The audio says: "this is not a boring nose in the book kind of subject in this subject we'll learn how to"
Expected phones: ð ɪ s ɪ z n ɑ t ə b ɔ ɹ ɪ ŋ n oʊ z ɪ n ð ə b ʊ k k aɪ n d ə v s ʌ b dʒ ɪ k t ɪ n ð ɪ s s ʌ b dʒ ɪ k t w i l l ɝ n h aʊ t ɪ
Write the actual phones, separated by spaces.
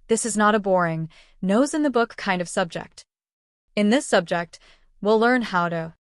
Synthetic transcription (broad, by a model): ð ɪ s ɪ z n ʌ t ə b ɔ ɹ ɪ ŋ n oʊ z ɪ n ð ə b ʊ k k aɪ n d ə v s ʌ b dʒ ɪ k t ɪ n ð ɪ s s ʌ b dʒ ɪ k t w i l l ɝ n h aʊ t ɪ